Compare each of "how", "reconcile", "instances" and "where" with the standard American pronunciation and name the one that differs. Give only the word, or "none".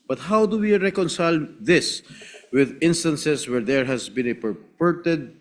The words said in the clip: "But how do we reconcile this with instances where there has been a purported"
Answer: instances